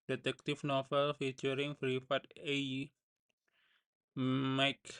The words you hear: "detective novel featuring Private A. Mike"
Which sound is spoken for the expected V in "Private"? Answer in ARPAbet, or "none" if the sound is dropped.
F